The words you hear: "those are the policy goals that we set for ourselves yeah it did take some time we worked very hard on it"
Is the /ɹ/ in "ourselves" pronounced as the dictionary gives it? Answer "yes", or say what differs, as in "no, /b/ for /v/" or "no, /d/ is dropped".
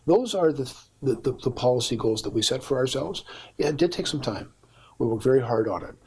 yes